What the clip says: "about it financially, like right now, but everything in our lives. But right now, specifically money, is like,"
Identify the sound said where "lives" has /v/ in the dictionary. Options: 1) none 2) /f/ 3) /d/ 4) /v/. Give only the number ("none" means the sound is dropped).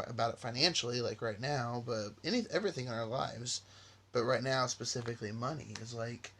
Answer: 4